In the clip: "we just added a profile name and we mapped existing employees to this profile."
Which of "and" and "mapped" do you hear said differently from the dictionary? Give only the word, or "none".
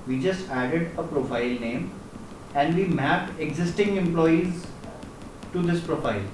mapped